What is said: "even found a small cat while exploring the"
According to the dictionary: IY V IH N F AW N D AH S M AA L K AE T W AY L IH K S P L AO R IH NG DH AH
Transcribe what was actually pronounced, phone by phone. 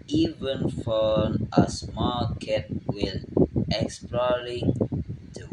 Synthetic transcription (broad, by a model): IY V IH N F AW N AH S M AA K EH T W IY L IH K S P L AO R IH NG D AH